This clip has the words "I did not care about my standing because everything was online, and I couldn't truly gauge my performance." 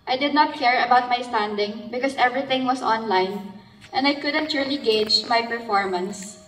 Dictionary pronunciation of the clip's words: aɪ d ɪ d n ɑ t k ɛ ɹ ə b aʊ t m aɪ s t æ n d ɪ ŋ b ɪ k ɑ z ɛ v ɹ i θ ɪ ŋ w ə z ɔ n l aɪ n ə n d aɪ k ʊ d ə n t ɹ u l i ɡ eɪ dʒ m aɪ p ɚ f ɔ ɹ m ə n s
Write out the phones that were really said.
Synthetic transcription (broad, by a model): aɪ d ɪ d n ɑ t k ɛ ɹ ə b aʊ t m aɪ s t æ n d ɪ ŋ b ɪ k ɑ s ɛ v ɹ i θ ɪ ŋ w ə s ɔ n l aɪ n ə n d aɪ k ʊ d ə n t ɹ u l i ɡ eɪ dʒ m aɪ p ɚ f ɔ ɹ m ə n s